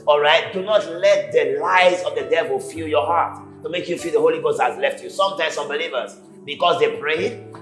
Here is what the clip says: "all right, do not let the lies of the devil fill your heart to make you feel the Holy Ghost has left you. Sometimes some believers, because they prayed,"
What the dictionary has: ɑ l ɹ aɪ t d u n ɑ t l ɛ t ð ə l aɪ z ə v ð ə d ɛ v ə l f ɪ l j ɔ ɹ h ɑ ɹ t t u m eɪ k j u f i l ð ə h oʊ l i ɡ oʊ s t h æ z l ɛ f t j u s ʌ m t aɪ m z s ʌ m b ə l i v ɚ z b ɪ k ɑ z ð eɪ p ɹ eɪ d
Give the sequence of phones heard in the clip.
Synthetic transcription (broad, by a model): ɑ l ɹ aɪ t d u n ɑ t l ɛ t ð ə l aɪ z ə v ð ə d ɛ v ə l f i l j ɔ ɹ h ɑ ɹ t t u m eɪ k j u f i l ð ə h oʊ l i ɡ oʊ s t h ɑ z l ɛ f t j u s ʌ m t aɪ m s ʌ m b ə l i v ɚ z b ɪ k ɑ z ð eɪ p ɹ eɪ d